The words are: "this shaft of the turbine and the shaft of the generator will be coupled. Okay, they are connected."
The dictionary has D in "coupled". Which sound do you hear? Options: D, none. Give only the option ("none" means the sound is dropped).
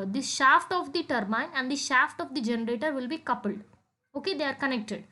D